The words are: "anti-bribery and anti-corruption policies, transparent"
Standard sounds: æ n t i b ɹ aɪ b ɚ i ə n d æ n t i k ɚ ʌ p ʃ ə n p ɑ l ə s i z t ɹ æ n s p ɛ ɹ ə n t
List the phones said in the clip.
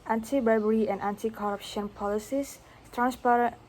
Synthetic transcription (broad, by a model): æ n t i b aɪ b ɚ i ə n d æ n t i k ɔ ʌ p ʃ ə n p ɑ l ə s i s t ɹ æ n s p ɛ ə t